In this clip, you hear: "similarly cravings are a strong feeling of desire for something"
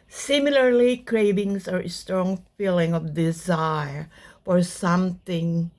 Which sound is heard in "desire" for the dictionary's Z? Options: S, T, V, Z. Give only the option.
Z